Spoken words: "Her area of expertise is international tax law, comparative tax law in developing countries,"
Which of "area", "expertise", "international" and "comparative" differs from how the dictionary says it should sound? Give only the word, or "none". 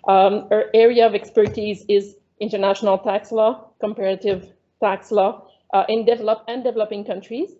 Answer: none